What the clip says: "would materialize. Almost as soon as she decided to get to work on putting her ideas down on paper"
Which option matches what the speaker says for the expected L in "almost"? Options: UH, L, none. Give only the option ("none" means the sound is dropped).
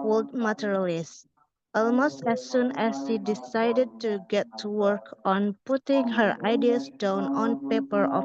L